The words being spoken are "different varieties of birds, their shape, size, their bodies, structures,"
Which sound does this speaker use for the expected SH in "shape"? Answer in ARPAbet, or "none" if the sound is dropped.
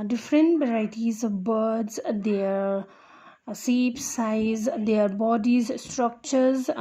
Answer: S